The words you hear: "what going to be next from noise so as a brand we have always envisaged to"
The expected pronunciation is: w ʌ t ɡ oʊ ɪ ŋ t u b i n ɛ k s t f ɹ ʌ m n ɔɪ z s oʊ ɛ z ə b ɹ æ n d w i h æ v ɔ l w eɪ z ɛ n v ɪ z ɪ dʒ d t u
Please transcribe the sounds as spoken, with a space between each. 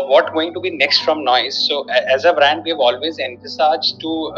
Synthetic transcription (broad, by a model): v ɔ t ɡ oʊ ɪ ŋ t u b i n ɛ k s t f ɹ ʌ m n ɔɪ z s oʊ ɛ z ə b ɹ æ n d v i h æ v ɔ l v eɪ z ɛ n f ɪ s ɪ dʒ t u